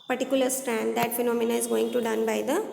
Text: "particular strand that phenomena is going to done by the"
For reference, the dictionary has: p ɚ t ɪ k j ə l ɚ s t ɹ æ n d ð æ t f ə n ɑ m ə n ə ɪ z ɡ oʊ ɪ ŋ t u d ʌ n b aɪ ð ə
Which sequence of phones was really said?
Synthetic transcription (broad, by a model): p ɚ t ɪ k j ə l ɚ s t ɹ æ n d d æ t f ə n ɑ m ə n ə ɪ z ɡ oʊ ɪ ŋ t u d ʌ n b aɪ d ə